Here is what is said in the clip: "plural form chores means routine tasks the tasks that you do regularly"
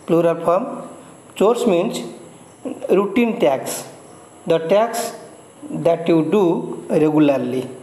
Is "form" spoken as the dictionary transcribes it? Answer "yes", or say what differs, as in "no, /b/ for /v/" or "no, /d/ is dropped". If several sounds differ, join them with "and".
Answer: no, /p/ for /f/